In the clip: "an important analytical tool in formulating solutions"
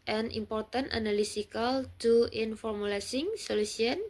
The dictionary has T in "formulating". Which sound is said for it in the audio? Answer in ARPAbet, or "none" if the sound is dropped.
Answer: S